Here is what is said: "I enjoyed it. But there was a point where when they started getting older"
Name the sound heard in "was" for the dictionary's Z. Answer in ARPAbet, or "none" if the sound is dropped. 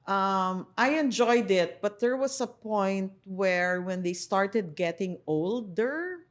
S